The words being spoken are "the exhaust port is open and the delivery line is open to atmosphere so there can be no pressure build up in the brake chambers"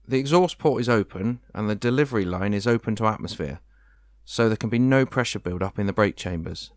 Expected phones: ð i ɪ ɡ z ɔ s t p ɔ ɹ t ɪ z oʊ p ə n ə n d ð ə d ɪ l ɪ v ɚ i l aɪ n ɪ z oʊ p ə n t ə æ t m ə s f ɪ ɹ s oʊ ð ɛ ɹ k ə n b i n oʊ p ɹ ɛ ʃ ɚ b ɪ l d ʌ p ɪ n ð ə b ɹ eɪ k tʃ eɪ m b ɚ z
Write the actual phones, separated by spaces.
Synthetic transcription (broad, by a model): ð i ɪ ɡ z ɔ s p ɔ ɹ t ɪ z oʊ p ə n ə n ð ə d ɪ l ɪ v ɚ i l aɪ n ɪ z oʊ p ə n t ə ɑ t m ə s f ɪ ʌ s oʊ ð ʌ k ə n b i n oʊ p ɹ ɛ ʃ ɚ b ɪ l d ʌ p ɪ n ð ə b ɹ eɪ k tʃ eɪ m b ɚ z